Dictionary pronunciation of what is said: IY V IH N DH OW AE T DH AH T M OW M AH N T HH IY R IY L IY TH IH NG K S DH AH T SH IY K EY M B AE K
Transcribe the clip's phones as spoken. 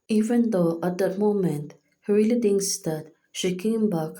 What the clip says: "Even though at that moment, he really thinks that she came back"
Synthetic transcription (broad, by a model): IY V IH N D OW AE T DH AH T M OW M AH N T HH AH R IY L IY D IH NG S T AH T SH IY K EY M B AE K